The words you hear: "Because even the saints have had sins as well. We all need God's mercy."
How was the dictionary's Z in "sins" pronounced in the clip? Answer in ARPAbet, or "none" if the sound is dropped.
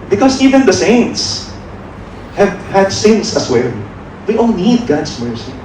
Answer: S